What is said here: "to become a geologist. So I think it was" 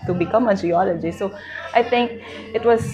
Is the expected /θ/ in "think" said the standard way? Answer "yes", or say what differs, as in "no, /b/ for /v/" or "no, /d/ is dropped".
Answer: no, /t/ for /θ/